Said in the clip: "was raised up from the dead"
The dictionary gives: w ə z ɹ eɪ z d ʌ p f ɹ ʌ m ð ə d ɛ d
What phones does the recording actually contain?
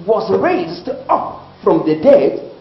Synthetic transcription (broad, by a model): w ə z ɹ eɪ z d ʌ p f ɹ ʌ m ð ə d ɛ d